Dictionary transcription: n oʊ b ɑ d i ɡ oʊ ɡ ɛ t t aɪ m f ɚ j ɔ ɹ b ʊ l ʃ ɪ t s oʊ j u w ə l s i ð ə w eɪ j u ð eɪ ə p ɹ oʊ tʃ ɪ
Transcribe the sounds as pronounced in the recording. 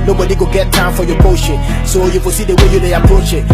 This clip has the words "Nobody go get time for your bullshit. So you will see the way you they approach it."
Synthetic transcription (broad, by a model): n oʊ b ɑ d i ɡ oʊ ɡ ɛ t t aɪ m f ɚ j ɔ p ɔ ʃ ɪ s oʊ j u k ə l s i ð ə w eɪ j u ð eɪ ə p ɹ oʊ tʃ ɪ